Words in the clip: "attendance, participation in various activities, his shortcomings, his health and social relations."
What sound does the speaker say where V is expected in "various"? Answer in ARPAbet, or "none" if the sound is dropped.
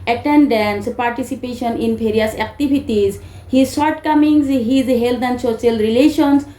P